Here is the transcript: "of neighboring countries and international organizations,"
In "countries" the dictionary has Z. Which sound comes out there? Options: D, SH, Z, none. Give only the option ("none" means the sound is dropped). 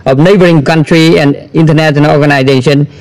none